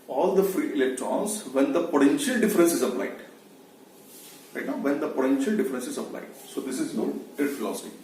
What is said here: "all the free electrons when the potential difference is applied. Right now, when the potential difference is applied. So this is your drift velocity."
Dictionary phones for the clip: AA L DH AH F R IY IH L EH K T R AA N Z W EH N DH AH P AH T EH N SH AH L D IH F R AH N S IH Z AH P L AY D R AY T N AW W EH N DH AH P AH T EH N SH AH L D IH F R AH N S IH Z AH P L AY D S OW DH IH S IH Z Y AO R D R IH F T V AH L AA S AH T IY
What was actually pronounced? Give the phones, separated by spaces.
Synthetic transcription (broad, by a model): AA L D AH F R IY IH L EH K T R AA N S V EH N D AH P AH T EH N SH AH L D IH F R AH N S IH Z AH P L AY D R AY T N AW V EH N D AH P AH T EH N SH AH L D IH F R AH N S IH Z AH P L AY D S OW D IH S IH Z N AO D IH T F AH L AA S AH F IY